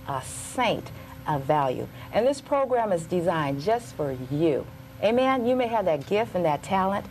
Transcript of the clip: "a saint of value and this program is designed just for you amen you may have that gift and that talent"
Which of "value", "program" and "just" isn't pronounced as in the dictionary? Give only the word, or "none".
none